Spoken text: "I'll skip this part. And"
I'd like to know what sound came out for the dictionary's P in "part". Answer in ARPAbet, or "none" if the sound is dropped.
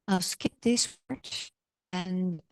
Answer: F